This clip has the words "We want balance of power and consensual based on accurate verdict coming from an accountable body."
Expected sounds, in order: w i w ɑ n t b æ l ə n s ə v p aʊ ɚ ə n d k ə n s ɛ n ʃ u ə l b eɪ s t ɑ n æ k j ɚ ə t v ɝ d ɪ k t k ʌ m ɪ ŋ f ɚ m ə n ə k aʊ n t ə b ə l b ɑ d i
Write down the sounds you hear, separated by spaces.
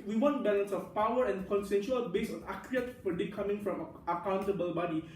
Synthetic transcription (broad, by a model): w i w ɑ n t b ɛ l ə n s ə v p aʊ ɚ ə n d k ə n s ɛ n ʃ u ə l b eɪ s ɑ n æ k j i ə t f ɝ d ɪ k k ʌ m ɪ ŋ f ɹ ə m ə k aʊ n t ə b ə l b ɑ d i